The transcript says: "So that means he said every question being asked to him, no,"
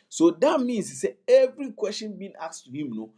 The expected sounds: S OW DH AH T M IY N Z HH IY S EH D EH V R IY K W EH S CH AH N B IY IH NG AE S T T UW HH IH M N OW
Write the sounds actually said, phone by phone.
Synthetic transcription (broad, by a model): S OW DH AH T M IY N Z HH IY S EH EH V R IY K W EH S CH AH N B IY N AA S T T UW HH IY M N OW